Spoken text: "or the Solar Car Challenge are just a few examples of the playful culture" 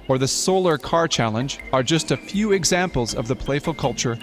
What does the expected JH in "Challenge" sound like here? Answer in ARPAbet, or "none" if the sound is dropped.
JH